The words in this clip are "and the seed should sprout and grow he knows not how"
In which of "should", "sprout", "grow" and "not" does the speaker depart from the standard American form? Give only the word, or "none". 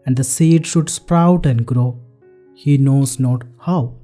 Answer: none